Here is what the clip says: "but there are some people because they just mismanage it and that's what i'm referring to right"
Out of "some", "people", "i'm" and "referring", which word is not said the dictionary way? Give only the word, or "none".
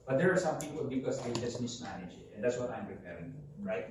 referring